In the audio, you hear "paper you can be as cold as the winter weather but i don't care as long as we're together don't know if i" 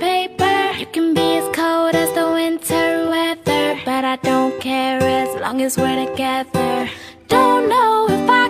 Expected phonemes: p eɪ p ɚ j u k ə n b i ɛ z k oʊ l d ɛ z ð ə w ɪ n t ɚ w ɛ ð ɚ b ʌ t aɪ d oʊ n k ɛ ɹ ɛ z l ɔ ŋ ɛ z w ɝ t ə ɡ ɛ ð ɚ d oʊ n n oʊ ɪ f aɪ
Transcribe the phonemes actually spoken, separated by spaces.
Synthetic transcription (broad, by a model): eɪ p ɚ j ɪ k ə n b i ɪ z k oʊ d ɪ z ð ə w ɪ n t ɚ w ɛ ð ɚ b ʌ t aɪ d oʊ n k ɛ ɹ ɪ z l ɔ ŋ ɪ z w ɝ t ə ɡ ɛ ð ɚ d oʊ n n oʊ ɪ f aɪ